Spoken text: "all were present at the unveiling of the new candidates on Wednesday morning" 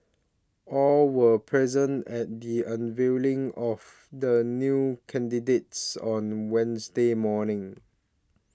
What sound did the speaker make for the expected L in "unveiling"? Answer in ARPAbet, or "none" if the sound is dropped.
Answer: L